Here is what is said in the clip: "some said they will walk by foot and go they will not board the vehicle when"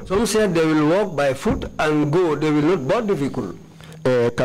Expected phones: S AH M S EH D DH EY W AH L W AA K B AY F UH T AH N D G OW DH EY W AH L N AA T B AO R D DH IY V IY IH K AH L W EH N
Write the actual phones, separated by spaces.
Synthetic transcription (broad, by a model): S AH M S EH D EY W AH L W AA K B AY F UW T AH N G OW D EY W AH L N AA T B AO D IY F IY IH K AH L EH